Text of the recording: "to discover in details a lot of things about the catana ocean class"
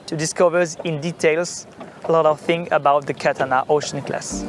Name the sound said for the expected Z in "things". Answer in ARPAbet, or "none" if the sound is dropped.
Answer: none